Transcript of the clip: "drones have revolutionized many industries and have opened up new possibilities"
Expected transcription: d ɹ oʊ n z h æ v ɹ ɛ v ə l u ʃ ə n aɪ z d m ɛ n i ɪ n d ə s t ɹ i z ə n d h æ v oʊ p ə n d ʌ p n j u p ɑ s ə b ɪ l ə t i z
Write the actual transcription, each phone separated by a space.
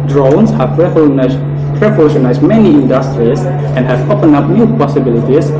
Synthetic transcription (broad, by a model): d ɹ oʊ n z h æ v ɹ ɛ p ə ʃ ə n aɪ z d m ɛ n i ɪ n d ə s t ɹ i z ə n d h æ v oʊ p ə n ʌ p n j u p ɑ s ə b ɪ l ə t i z